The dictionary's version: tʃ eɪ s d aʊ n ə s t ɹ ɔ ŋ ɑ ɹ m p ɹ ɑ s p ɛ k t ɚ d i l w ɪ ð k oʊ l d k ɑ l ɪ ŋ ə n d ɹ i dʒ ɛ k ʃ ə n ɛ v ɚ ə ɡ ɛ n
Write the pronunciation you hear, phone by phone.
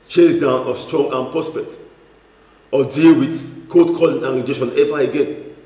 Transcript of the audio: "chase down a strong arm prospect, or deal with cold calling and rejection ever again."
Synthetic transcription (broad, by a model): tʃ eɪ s d aʊ n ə s t ɹ ɔ ŋ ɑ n p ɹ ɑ s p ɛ t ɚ d i l w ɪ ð k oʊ d k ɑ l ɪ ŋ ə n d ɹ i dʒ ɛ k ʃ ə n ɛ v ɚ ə ɡ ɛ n